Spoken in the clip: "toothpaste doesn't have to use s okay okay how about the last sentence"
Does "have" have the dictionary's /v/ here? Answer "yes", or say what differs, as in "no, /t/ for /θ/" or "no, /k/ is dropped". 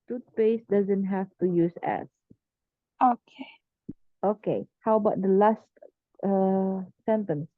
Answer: no, /f/ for /v/